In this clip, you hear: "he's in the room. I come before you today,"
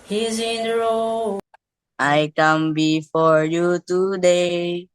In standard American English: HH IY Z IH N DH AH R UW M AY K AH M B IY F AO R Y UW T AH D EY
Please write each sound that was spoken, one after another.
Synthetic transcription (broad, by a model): HH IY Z IH N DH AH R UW AY K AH M B IY F AO R Y UW T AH D EY